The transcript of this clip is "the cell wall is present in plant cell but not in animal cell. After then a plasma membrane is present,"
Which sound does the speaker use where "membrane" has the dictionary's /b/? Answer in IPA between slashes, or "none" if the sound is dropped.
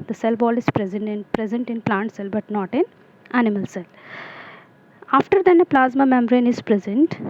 none